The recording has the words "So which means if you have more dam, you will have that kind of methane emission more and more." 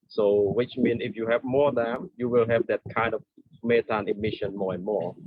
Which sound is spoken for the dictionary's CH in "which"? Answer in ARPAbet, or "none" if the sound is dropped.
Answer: CH